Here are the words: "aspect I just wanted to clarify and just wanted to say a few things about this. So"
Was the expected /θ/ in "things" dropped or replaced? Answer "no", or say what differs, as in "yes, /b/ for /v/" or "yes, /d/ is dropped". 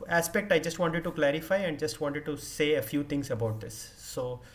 yes, /t/ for /θ/